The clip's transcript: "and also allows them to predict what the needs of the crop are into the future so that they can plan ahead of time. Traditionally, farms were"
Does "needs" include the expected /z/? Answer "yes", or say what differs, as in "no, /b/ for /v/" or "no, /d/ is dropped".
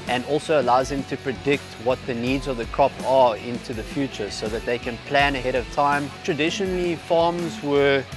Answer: yes